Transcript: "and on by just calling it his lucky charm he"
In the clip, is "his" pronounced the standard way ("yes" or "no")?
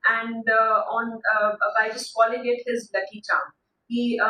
yes